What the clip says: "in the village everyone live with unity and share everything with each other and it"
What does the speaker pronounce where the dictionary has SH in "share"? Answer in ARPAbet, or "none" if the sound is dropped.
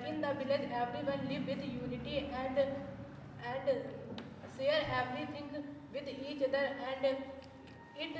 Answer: S